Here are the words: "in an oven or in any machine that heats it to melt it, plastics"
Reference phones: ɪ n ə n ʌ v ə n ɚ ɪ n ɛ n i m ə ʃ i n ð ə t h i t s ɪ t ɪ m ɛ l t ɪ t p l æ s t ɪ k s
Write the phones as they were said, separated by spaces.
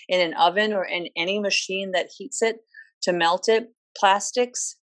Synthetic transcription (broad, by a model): ɪ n ə n ʌ v ə n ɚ ɪ n ɛ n i m ə ʃ i n ð ə t h i t s ɪ t ɪ m ɛ l t ɪ t p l æ s t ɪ k s